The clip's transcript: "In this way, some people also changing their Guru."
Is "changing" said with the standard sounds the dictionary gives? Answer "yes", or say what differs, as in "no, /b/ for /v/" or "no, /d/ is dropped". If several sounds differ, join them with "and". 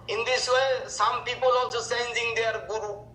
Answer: no, /s/ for /tʃ/